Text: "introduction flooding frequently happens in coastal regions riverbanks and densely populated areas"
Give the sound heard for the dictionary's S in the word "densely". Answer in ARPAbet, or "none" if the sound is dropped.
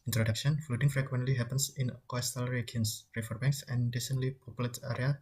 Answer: none